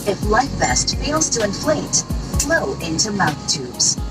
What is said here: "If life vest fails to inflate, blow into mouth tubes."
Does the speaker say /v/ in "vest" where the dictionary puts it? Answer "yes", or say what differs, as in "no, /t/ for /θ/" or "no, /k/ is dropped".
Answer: no, /b/ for /v/